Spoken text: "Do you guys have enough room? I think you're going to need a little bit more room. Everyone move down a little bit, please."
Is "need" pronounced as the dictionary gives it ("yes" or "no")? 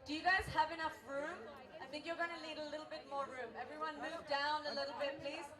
no